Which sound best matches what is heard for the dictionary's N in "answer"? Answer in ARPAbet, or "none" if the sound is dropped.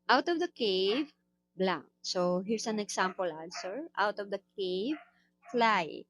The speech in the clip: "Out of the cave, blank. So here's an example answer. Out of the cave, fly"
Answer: L